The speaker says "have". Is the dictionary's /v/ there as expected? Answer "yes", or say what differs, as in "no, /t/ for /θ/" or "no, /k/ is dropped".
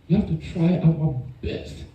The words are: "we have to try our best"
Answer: no, /f/ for /v/